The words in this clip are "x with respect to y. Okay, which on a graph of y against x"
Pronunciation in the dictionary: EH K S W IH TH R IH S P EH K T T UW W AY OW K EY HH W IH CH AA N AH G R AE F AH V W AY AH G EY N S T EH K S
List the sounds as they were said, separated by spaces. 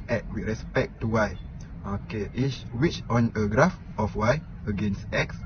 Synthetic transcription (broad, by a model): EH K W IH R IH S P EH K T T UW W AY OW K EY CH W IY CH AA N AH G R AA F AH F W AY AH G EY N S T EH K S